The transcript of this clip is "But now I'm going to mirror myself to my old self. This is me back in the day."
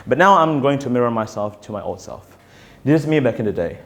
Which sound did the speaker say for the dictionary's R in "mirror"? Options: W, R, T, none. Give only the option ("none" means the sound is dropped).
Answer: R